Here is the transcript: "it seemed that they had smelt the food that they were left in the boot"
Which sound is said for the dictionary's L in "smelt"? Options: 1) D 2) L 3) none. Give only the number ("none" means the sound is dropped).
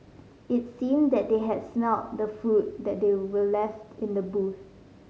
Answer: 3